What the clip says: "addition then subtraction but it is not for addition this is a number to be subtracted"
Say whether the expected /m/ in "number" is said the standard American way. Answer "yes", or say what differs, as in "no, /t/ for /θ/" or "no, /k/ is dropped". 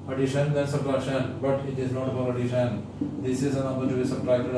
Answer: no, /m/ is dropped